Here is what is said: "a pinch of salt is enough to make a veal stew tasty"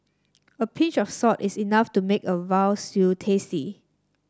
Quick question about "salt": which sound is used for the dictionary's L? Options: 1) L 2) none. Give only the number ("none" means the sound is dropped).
2